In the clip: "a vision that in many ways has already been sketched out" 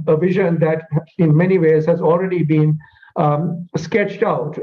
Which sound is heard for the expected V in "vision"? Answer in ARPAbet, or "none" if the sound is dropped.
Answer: V